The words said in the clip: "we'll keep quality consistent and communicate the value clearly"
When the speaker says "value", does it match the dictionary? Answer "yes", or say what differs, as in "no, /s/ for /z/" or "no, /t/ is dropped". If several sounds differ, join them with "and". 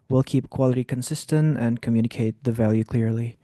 yes